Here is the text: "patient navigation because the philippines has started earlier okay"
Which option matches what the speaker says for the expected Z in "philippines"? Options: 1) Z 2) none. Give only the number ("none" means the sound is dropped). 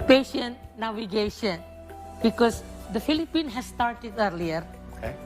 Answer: 2